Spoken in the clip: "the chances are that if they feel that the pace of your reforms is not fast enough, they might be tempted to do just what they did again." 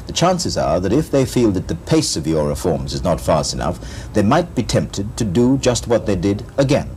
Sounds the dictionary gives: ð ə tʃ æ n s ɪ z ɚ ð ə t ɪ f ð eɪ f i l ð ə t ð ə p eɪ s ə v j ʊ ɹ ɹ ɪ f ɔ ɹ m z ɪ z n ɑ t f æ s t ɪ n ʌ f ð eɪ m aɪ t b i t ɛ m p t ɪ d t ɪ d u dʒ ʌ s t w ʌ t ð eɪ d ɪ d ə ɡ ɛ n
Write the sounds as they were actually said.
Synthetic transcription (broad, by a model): ð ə tʃ æ n s ɪ z ɚ ð ə t ɪ f ð eɪ f i l ð ə t ð ə p eɪ s ə v j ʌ ɹ ɹ ɪ f ɔ ɹ m z ɪ z n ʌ t f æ s t ɪ n ʌ f ð eɪ m aɪ t b i t ɛ m p t ɪ d t ɪ d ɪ dʒ ʌ s t w ʌ t ð eɪ d ɪ d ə ɡ ɛ n